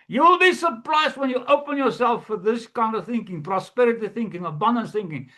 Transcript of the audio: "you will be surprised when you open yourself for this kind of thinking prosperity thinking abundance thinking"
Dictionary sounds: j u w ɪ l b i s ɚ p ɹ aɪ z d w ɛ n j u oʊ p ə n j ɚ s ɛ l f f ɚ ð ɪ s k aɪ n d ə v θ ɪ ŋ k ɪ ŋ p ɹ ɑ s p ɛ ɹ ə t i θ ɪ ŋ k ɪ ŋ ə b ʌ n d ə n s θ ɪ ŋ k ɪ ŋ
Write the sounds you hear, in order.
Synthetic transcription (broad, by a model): j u w ɪ l b i s ɚ p ɹ aɪ z d w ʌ n j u oʊ p ə n j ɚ s ɛ l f f ɚ ð ɪ s k aɪ n d ə v θ ɪ ŋ k ɪ ŋ p ɹ ɑ s p ɛ ɹ ə t i θ ɪ ŋ k ɪ ŋ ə b ʌ n d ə n θ ɪ ŋ k ɪ ŋ